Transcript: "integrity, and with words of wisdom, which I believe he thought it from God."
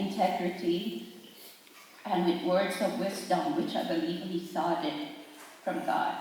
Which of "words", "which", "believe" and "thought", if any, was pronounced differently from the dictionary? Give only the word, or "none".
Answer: thought